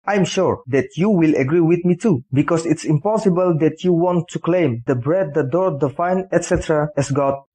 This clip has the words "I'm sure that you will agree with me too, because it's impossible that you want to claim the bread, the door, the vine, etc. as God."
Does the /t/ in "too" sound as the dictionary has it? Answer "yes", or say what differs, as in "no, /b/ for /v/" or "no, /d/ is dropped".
yes